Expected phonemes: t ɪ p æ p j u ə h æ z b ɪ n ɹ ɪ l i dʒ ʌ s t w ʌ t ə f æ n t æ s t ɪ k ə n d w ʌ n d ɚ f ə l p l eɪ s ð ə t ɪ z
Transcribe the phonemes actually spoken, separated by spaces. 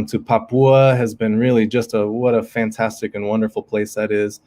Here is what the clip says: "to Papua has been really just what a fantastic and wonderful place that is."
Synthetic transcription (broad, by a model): t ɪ p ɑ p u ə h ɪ z b ɪ n ɹ ɪ l i dʒ ʌ s t w ʌ t ə f æ n t æ s t ɪ k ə n w ʌ n d ɚ f l p l eɪ s ð ə t ɪ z